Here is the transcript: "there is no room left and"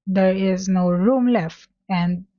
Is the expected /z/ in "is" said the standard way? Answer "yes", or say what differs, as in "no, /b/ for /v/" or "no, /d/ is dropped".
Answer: yes